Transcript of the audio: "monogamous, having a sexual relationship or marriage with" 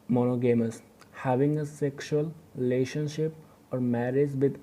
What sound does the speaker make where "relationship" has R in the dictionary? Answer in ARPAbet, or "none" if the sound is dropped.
R